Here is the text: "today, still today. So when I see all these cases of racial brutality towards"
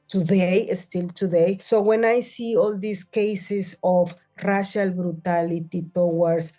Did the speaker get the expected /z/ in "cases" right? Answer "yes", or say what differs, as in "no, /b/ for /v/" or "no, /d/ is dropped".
no, /s/ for /z/